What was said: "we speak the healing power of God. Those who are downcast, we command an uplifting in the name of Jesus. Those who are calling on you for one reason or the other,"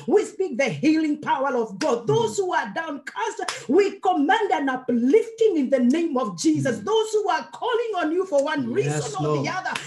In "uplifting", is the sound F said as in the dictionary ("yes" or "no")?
yes